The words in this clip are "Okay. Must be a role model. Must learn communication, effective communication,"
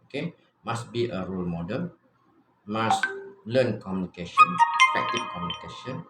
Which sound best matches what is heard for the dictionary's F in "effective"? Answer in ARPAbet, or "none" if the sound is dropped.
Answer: P